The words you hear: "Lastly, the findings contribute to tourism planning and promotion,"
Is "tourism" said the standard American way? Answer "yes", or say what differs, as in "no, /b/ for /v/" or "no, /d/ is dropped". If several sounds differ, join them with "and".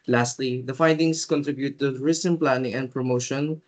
no, /s/ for /z/